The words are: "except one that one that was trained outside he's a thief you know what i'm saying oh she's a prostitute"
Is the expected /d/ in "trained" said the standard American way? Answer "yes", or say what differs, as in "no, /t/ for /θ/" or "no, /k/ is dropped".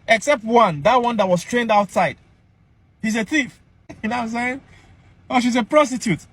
yes